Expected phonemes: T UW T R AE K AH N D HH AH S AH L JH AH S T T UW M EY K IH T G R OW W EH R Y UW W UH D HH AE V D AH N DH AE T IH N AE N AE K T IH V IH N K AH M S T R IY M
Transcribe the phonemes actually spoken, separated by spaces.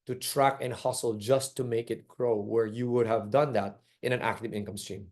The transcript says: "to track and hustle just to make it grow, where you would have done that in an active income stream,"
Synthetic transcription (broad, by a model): T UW T R AE K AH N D HH AH S AH L JH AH S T T UW M EY K IH T G R OW W EH R Y UW W UH D HH AE V D AH N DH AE T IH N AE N AE K T IH V IH N K AH M S T R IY M